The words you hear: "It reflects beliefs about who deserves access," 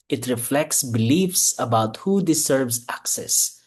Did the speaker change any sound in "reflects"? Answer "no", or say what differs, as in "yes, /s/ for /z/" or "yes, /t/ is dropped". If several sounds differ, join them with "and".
no